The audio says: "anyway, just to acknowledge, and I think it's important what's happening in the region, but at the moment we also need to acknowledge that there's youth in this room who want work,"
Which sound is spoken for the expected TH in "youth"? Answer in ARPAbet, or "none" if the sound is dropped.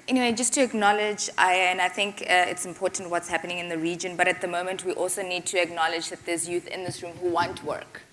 TH